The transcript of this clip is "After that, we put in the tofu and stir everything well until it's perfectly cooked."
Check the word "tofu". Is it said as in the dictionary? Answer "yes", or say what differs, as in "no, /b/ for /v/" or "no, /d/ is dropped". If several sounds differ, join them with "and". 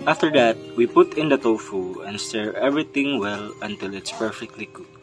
yes